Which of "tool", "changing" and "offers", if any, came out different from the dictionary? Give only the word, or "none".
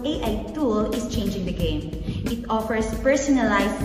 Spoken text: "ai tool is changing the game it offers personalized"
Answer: offers